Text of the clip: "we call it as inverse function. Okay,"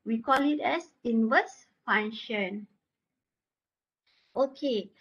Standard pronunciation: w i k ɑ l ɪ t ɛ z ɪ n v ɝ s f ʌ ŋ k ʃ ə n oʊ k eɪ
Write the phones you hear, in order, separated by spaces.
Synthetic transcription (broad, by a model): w i k ɑ l ɪ t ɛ s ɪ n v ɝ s f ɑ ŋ ʃ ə n oʊ k eɪ